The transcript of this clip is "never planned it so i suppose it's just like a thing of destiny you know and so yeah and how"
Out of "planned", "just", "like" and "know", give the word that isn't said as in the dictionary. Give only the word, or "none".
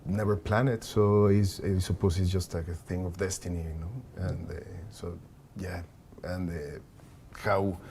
planned